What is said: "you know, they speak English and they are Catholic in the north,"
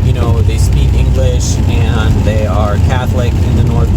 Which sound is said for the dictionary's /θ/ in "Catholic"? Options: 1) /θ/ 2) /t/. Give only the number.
1